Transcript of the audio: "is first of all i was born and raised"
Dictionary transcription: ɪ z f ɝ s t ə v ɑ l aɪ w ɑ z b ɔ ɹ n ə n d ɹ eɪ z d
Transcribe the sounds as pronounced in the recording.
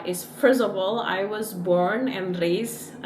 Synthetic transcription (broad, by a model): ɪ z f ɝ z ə b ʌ l aɪ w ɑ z b ɔ ɹ n ə n d ɹ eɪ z